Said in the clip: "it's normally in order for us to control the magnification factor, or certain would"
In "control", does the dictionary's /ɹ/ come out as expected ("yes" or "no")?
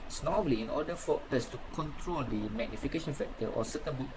yes